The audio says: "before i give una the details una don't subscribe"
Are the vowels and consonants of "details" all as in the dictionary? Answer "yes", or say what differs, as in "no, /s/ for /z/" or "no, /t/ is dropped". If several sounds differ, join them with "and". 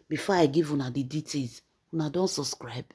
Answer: no, /l/ is dropped